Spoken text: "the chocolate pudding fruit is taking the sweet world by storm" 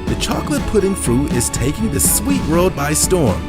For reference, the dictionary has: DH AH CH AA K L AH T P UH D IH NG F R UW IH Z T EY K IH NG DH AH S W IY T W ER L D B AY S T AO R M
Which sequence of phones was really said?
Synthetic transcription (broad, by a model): DH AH CH AA K L AH T P UH D IH NG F R UW IH Z T EY K IH NG DH AH S W IY T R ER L D B AY S T AO R M